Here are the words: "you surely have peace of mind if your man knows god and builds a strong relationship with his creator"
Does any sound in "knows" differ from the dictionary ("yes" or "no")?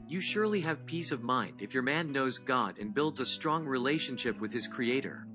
no